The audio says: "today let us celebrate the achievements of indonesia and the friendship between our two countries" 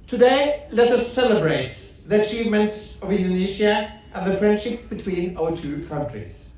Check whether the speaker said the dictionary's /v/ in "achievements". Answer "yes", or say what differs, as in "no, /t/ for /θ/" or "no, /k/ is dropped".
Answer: yes